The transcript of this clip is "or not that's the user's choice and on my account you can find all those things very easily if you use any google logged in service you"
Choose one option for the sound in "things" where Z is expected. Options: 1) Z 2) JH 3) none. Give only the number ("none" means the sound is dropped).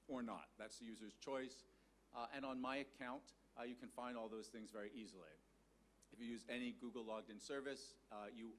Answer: 1